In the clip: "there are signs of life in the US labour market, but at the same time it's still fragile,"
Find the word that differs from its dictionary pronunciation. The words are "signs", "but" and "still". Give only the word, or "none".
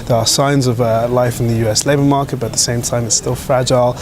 none